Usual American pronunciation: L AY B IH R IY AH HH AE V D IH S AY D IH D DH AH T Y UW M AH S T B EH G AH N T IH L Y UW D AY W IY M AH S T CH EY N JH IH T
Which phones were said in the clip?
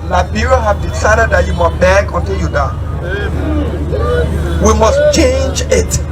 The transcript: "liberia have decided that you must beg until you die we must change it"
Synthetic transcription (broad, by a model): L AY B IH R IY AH HH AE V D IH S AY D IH D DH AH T Y UW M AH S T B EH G AH N T IH L Y UW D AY W IY M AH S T CH EY N JH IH T